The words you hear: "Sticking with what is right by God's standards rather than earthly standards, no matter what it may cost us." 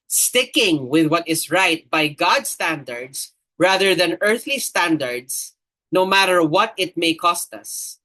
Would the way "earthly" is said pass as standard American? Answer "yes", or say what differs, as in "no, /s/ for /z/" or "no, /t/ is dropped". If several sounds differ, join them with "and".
yes